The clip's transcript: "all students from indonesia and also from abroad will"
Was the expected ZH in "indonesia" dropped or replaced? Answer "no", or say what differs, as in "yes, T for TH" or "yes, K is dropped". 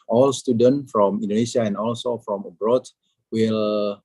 yes, S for ZH